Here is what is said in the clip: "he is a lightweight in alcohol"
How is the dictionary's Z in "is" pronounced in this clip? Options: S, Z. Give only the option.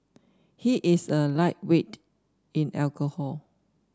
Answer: S